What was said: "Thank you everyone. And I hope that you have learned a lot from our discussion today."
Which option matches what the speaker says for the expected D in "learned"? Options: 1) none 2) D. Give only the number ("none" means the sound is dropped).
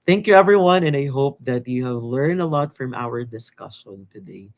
2